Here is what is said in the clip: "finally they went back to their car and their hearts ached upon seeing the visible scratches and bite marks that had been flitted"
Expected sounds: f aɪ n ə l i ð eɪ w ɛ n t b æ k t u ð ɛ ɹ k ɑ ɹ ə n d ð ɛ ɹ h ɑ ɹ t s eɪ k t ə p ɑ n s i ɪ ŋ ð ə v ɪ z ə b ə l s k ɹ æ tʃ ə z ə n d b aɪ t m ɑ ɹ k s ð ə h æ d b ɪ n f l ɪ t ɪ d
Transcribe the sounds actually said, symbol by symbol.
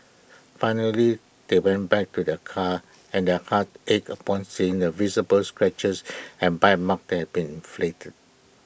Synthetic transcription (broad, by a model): f aɪ n ə l i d eɪ w ɛ n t b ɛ k t u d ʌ k ɑ ə n d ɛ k ɑ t eɪ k ə p ɑ n s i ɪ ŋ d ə v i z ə b ə l s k ɹ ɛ tʃ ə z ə n b aɪ t m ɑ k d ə h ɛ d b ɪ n f l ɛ t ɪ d